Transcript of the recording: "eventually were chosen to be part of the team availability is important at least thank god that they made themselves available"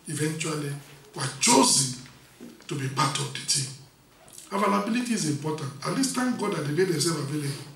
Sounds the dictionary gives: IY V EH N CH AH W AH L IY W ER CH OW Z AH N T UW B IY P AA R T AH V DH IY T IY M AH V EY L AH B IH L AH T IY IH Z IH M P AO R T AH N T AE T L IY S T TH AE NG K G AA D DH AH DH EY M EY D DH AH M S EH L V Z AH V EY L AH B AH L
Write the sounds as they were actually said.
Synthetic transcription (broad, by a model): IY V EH N CH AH W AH L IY W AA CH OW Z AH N T UW B IY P AA T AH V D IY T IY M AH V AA L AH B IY L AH T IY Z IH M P AO T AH N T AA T L IY S T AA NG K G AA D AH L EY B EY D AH S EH V AH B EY L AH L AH